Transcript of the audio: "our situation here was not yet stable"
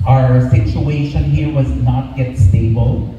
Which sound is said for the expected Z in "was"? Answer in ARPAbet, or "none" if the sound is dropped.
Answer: Z